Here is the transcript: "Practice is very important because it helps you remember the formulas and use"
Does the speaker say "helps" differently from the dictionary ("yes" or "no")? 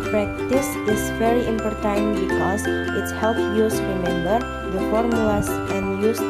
yes